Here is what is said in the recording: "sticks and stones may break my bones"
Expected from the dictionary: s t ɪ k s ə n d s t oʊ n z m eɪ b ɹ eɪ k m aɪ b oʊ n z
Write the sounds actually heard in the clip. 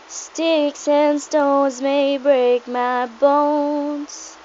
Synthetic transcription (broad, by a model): s t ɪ k s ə n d s t oʊ n z m eɪ b ɹ eɪ k m aɪ b oʊ n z